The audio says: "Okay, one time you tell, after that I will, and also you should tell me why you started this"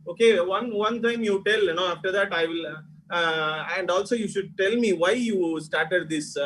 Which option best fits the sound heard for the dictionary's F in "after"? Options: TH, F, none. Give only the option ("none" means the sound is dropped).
F